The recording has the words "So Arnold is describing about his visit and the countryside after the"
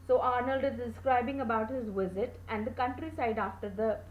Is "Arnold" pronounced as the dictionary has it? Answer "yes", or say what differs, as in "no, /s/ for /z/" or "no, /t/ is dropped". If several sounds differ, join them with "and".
yes